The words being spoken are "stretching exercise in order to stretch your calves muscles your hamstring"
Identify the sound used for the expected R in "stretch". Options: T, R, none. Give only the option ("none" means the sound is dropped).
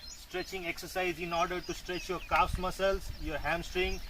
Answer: R